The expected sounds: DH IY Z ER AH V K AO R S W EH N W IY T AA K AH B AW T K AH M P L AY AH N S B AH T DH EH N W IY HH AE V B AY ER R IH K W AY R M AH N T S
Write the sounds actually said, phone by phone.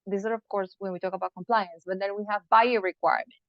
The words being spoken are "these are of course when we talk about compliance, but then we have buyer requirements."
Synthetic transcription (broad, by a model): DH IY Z ER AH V K AO R S W EH N W IY T AA K AH B AW T K AH M P L AY AH N S B AH T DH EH N W IY HH AE V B AY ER R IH K W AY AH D